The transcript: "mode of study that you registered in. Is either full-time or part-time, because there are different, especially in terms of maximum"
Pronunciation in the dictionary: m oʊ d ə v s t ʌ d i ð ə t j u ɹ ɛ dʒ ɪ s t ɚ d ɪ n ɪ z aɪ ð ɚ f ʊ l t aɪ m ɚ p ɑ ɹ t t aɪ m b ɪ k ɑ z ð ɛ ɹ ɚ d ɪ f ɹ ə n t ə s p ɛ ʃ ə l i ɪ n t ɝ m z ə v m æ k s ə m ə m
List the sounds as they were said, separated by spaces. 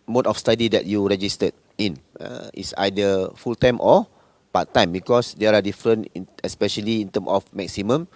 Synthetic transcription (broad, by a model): m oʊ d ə f s t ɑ d i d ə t j u ɹ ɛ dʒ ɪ s t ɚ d ɪ n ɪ s aɪ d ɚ f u l t aɪ m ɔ p ɑ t t aɪ m b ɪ k ɑ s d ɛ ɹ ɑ d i f ɹ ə n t ə s p ɛ ʃ ə l i ɪ n t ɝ m ə f m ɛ k s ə m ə m